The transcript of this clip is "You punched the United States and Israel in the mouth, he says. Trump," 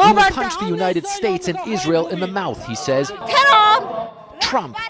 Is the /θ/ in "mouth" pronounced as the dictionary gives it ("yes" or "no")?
yes